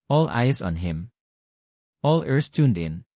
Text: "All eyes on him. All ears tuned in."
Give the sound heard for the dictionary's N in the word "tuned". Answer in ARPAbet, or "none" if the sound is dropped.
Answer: N